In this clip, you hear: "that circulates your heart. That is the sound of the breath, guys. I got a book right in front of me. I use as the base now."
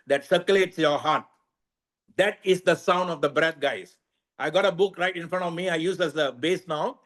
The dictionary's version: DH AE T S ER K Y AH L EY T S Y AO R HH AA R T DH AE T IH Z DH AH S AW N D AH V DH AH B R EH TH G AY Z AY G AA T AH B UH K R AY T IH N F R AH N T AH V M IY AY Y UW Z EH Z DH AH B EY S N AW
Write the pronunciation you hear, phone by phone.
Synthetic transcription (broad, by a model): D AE T S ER K Y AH L EY T S Y AO R HH AA R T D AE T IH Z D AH S AW N D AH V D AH B R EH T G AY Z AY G AA T AH B UH K R AY T IH N F R AH N T AH V M IY AY Y UW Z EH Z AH B EY S N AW